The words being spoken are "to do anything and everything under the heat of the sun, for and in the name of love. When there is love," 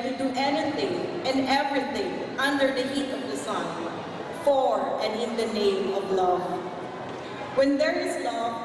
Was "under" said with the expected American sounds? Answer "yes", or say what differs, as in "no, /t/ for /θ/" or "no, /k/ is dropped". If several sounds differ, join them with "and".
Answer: yes